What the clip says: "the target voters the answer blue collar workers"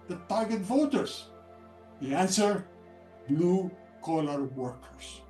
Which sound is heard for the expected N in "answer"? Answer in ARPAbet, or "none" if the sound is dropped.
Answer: N